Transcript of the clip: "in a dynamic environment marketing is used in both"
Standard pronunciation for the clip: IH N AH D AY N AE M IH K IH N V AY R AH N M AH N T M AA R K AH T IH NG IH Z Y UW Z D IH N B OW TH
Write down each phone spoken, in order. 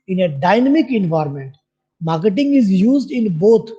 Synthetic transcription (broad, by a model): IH N AH D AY N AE M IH K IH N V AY R M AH N T M AA R K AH T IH NG IH Z Y UW Z D IH N B OW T